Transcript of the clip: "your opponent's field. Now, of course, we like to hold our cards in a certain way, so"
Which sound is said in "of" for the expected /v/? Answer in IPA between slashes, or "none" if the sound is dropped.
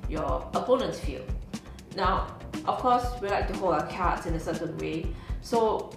/f/